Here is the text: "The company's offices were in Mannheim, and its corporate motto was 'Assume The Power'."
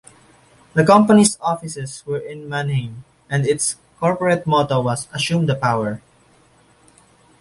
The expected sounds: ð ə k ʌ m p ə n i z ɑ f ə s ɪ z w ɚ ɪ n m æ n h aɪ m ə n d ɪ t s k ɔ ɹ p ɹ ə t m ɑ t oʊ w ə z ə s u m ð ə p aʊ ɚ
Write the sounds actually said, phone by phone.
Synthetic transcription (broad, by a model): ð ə k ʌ m p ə n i s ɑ f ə s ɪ s w ɚ ɪ n m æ n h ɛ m ə n d ɪ t s k ɔ ɹ p ɹ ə t m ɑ t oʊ w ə s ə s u m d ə p aʊ ɚ